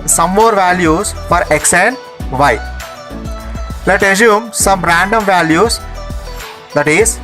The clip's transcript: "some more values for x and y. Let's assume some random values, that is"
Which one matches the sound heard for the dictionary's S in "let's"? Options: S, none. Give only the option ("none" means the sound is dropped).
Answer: none